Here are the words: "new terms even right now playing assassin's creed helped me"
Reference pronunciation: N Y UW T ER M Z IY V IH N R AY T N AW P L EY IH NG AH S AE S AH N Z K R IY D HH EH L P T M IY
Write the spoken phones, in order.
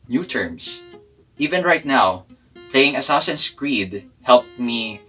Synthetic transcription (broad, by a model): N Y UW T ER M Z IY V IH N R AY T N AW P L EY IH NG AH S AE S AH N S K R IY D HH EH L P M IY